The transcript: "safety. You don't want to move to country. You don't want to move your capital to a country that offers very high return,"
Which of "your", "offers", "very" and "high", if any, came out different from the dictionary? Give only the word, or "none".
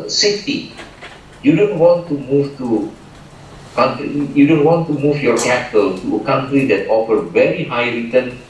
offers